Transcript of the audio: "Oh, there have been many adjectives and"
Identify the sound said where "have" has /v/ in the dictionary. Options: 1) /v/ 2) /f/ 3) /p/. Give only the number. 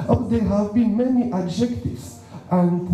1